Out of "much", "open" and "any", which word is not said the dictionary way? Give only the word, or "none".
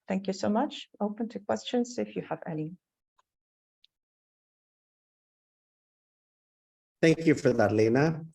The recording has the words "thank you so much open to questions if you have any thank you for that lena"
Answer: any